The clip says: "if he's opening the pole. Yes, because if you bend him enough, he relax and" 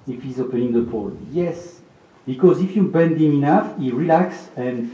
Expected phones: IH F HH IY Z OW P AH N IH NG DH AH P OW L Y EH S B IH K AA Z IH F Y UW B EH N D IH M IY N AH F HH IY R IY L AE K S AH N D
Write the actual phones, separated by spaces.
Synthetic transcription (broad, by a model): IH F HH IY Z OW P AH N IH NG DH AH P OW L Y EH S B IH K AA Z IH F Y UW B EH N D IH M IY N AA F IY R IY L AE K S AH N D